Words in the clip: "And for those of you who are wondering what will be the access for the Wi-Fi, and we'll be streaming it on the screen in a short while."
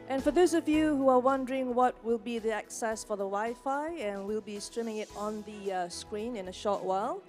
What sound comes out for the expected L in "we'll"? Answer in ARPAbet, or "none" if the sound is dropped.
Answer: L